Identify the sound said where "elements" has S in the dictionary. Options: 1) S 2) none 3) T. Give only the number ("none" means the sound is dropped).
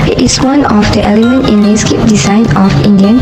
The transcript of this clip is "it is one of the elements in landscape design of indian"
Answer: 2